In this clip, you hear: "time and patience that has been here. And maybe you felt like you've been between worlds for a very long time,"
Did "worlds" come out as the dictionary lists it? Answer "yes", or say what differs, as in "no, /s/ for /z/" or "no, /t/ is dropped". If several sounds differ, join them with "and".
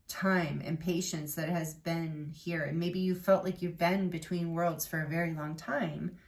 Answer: yes